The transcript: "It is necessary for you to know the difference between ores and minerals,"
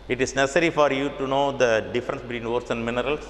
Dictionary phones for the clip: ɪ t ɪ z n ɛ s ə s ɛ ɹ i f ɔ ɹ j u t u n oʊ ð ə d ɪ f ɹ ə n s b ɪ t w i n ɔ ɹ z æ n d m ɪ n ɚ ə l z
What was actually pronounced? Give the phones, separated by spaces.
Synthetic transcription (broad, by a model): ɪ t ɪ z n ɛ s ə s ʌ ɹ i f ɔ ɹ j u t u n oʊ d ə d ɪ f ɹ ə n s b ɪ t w i n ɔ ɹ s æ n d m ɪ n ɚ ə l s